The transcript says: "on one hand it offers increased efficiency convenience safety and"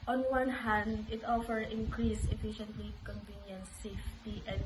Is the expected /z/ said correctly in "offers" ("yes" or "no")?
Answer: no